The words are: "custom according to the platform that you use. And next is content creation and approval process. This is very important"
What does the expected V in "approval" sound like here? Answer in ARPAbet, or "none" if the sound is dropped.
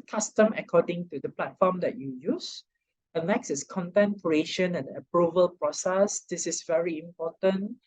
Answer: V